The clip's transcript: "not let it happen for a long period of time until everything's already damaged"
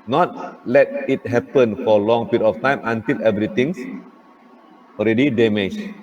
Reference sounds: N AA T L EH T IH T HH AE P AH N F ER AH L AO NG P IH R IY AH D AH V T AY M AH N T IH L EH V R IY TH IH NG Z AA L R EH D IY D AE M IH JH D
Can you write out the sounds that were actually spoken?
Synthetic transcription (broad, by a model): N AA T L EH T IH T HH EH P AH N F AH L AO NG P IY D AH F T AY M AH N T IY L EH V R IY T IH NG S AA L R EH D IY D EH M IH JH